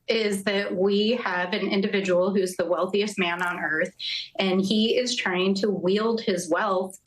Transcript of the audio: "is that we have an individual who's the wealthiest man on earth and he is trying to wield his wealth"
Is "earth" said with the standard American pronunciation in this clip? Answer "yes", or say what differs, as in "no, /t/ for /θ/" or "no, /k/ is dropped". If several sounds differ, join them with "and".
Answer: yes